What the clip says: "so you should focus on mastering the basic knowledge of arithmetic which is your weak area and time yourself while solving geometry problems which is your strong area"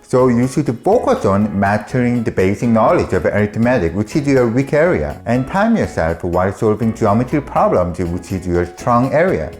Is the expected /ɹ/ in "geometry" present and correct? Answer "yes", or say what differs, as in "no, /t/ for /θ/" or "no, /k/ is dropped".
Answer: no, /ɹ/ is dropped